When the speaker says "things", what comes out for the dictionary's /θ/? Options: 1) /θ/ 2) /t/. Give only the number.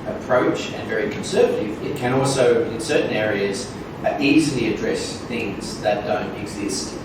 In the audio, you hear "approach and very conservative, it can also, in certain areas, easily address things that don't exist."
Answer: 1